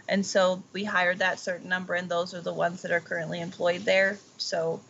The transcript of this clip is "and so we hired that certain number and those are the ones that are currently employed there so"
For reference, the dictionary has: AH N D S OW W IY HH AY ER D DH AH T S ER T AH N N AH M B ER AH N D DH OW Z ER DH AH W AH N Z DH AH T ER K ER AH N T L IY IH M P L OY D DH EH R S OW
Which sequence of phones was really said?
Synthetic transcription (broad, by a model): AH N S OW W IY HH AY ER D DH AH T S ER T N N AH M B ER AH N DH OW Z ER DH AH W AH N Z DH AH T ER K ER AH N T L IY IH M P L OY D DH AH R S OW